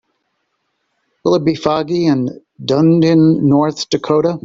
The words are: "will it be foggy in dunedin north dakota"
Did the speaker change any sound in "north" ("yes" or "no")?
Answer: no